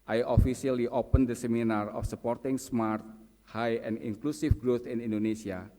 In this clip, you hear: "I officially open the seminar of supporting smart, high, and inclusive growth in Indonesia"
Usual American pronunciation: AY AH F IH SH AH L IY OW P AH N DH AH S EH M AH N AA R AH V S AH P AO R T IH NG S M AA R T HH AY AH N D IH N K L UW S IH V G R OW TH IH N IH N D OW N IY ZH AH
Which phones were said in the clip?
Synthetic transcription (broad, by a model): AY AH F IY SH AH L IY OW P AH N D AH S EH M AH N AA R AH F S AH P AO R T IH NG S M AA R T HH AY AH N D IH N K L UW S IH F G R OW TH IH N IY N D OW N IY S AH